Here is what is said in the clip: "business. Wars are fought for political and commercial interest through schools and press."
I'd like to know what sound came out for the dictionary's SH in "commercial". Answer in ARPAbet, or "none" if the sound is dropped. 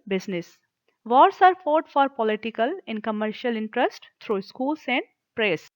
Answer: SH